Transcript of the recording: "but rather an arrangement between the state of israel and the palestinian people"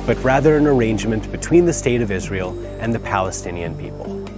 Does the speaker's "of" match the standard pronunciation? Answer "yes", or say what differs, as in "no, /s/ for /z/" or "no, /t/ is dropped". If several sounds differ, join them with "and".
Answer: yes